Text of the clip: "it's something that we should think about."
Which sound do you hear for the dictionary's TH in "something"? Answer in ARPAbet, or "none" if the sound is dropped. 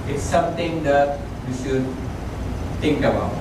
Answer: T